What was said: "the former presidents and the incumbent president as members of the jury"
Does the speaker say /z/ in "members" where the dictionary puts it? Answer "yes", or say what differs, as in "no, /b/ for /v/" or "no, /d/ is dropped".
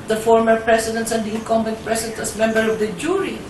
no, /z/ is dropped